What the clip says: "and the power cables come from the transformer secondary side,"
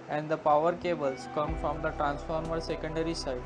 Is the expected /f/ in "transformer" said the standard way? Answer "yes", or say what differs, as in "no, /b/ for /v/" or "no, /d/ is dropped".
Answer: yes